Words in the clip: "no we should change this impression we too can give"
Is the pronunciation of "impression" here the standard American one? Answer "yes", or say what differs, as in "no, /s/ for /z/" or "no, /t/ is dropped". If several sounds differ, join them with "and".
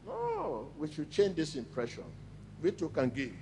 yes